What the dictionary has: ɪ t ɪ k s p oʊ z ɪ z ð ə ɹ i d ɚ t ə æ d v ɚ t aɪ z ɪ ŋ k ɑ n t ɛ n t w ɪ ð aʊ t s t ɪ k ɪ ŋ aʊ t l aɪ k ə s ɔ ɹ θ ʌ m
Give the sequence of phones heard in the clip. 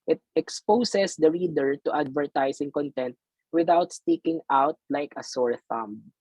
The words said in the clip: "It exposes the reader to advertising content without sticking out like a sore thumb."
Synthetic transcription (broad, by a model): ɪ t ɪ k s p oʊ s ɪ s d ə ɹ i d ɚ t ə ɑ d v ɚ t aɪ s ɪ ŋ k ɑ n t ɛ n t w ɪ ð aʊ t s t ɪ k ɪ ŋ aʊ t l aɪ k ə s ɔ ɹ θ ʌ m